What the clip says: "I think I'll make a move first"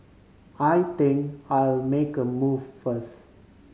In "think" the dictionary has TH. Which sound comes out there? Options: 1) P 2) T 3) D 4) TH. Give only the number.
2